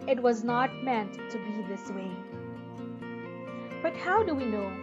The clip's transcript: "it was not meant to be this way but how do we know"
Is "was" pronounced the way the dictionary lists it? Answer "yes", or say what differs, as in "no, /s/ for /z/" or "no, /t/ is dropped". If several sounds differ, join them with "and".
yes